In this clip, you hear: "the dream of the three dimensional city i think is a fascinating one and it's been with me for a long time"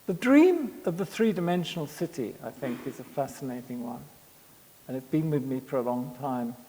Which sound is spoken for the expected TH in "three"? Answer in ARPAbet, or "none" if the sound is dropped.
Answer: TH